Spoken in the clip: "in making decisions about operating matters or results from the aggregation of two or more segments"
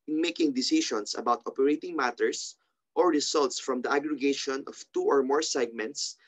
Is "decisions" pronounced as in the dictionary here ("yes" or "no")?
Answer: no